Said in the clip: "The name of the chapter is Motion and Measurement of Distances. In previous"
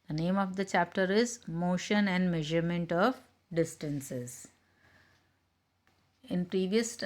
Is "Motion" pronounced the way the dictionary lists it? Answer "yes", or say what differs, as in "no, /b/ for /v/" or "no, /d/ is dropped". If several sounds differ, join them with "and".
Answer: yes